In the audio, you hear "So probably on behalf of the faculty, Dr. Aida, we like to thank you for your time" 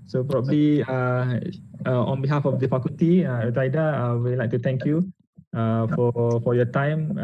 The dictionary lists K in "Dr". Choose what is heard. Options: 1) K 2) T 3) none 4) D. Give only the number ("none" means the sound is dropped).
3